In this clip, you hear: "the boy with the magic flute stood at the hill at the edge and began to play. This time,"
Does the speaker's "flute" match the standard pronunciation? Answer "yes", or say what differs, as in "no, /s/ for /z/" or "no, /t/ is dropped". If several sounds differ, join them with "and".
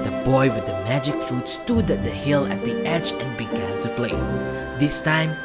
no, /l/ is dropped